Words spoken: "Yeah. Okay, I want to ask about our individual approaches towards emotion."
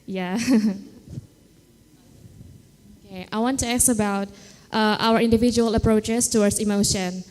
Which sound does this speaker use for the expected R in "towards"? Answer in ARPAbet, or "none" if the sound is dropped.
W